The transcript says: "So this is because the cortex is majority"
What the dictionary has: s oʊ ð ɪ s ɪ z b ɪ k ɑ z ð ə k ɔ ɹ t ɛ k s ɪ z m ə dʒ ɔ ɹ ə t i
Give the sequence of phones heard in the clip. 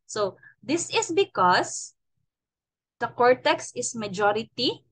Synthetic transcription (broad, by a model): s oʊ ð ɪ s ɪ s b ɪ k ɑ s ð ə k ɔ ɹ t ɛ k s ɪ s m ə dʒ ɔ ɹ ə t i